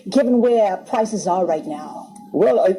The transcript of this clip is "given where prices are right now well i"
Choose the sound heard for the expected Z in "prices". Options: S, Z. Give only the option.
Z